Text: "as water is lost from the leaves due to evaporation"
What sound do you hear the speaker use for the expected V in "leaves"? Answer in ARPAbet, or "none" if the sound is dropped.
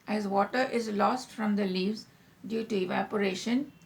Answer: V